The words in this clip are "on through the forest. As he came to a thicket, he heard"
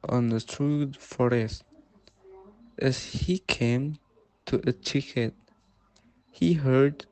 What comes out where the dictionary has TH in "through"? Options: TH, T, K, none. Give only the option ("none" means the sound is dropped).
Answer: T